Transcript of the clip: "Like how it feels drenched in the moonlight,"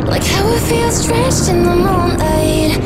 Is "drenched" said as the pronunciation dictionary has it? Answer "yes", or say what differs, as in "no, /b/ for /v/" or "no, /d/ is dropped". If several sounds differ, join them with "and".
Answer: no, /n/ is dropped